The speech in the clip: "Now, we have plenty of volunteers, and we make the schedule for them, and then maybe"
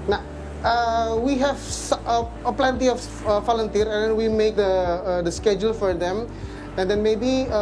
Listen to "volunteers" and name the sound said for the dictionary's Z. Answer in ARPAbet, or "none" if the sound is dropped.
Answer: none